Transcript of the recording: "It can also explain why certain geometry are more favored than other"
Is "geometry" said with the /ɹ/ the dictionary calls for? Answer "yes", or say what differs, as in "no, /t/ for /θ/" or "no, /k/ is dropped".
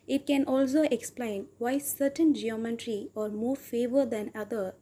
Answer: yes